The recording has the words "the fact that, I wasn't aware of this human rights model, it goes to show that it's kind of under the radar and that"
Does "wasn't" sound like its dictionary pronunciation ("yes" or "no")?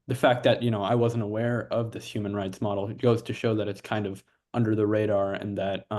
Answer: yes